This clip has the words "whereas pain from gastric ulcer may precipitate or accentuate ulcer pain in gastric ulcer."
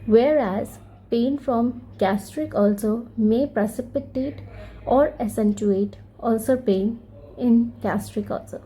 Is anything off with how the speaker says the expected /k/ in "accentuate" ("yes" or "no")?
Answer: yes